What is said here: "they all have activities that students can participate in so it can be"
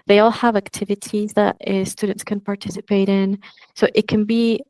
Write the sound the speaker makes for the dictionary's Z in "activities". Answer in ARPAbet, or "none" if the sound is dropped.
Z